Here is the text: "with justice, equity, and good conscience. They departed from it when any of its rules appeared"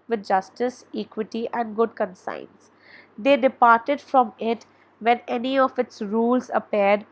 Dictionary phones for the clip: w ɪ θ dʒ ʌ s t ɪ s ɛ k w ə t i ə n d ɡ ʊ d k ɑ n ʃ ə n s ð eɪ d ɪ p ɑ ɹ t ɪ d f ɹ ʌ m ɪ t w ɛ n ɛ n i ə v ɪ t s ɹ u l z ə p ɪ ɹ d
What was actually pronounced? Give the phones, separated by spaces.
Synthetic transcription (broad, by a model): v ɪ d dʒ ʌ s t ɪ s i k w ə t i ə n d ɡ ʊ d k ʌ n s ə n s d eɪ d ɪ p ɑ ɹ t ɪ d f ɹ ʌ m ɪ t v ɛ n ɛ n i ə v ɪ t s ɹ u l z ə p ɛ ɹ d